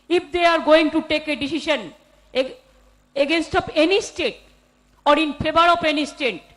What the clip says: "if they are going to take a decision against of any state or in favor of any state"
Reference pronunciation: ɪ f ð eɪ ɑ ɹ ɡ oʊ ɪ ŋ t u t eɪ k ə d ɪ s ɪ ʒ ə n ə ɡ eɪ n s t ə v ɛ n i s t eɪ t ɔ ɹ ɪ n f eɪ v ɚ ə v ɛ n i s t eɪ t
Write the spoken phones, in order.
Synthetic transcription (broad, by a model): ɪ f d eɪ ɑ ɹ ɡ oʊ ɪ ŋ t u t eɪ k ə d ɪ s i ʃ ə n ə ɡ eɪ n s t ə p ɛ n i s t eɪ t ɔ ɹ ɪ n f eɪ b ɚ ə p ɛ n i s t eɪ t